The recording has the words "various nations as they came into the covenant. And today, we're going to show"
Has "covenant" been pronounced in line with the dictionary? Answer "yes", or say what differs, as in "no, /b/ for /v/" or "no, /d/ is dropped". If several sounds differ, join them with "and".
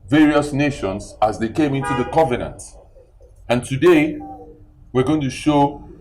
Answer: yes